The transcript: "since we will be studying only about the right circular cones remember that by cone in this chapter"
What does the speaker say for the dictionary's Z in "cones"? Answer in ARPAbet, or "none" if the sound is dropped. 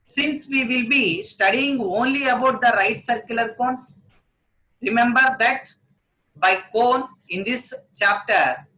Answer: S